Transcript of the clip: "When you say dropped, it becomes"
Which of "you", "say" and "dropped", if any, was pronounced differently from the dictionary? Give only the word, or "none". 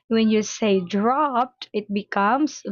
none